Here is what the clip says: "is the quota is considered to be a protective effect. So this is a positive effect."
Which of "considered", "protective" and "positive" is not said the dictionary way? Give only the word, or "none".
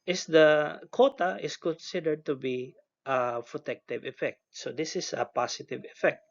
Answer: positive